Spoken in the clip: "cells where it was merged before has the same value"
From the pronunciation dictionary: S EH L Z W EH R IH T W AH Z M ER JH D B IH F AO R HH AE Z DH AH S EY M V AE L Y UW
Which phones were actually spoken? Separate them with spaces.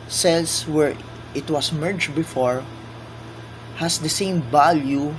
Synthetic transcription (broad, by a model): S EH L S W EH R IH T W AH S M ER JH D B IH F AO R HH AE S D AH S EY M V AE L Y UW